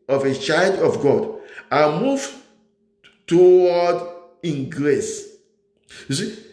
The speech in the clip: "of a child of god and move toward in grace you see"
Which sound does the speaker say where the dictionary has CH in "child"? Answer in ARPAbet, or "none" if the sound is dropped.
CH